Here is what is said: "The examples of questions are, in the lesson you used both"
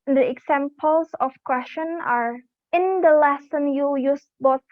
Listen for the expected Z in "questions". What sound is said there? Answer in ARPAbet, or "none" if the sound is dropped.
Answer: none